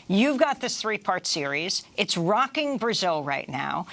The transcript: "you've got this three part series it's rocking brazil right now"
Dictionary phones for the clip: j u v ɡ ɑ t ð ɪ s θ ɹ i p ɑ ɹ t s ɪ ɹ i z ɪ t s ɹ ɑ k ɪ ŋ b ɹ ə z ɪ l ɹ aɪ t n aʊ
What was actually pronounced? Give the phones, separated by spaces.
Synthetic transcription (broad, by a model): j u v ɡ ɑ t ð ɪ s θ ɹ i p ɑ ɹ t s ɪ ɹ i z ɪ t s ɹ ɑ k ɪ ŋ b ɹ ə z ɪ l ɹ aɪ t n aʊ